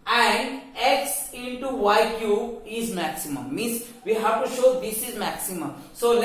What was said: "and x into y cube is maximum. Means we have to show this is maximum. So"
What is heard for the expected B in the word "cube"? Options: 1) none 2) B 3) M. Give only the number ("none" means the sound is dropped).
1